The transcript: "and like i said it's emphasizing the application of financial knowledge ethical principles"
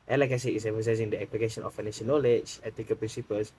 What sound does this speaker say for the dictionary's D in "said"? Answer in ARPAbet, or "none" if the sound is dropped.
none